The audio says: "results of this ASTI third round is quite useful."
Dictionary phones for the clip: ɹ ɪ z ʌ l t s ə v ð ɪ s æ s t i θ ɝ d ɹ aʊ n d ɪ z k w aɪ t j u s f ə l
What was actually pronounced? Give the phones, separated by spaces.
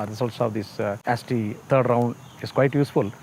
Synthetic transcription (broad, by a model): ɹ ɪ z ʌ l t s ə v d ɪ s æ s t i t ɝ d ɹ aʊ n d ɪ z k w aɪ t j u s f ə l